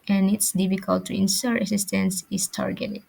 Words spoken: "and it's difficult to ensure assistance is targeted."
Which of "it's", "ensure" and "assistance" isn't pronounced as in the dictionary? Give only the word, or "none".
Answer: ensure